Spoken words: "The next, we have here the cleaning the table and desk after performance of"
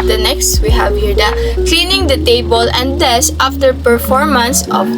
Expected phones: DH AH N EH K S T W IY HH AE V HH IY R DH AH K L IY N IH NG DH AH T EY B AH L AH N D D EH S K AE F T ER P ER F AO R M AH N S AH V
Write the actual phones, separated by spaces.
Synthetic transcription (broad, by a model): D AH N EH K S T W IY HH AE V HH IY R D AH K L IY N IH NG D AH T EY B AH L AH N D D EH S AA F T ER P ER F AO R M AH N S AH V